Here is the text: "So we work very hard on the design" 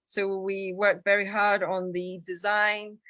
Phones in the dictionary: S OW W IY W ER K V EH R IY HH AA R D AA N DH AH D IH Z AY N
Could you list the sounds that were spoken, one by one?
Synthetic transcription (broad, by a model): S OW W IY W ER K V EH R IY HH AA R D N DH AH D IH Z AY N